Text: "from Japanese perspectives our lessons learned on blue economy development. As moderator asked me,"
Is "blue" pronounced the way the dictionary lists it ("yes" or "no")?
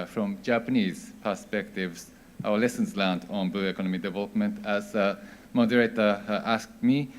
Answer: no